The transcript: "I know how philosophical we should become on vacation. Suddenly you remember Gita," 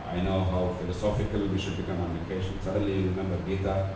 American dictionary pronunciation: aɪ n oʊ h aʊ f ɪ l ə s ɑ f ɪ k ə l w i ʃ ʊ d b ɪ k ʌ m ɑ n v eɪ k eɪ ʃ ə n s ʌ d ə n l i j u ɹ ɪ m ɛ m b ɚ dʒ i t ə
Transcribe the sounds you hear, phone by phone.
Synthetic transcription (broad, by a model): aɪ n oʊ h aʊ f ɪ l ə s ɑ f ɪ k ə l w i ʃ ʊ d b ɪ k ʌ m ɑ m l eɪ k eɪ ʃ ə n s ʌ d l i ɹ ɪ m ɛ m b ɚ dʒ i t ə